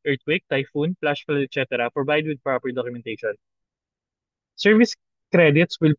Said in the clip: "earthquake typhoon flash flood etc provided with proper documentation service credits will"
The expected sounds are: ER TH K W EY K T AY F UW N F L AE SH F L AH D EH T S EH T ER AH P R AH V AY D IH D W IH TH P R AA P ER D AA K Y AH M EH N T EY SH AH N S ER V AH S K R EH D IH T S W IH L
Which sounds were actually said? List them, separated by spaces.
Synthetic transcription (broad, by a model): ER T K W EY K T AY F UW N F L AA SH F AH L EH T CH EH T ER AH P R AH B AY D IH D W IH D P R AA P ER D AA K Y AH M EH N T EY SH AH N S ER V AH S K R EH D IH T S W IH L